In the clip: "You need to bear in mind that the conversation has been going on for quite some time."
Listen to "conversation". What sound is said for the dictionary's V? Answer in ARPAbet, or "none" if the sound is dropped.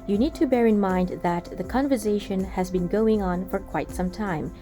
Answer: V